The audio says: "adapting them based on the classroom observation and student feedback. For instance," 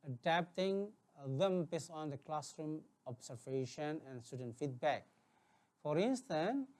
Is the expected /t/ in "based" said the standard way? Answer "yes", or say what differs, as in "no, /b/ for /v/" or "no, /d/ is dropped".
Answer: no, /t/ is dropped